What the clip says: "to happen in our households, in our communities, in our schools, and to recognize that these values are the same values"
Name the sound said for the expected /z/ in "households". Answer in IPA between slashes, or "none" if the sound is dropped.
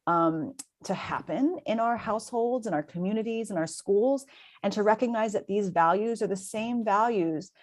/z/